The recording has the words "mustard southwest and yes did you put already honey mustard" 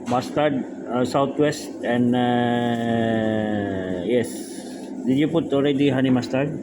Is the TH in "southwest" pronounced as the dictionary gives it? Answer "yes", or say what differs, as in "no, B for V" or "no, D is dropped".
no, T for TH